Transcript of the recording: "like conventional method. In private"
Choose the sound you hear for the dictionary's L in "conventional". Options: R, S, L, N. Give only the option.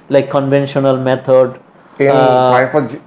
L